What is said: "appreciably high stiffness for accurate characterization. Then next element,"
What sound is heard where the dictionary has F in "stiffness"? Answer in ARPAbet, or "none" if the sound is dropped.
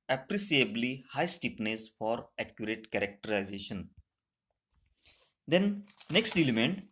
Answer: P